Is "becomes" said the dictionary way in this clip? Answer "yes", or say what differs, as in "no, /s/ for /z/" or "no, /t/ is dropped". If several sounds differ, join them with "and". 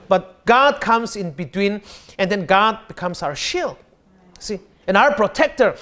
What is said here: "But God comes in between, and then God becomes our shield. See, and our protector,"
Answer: no, /s/ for /z/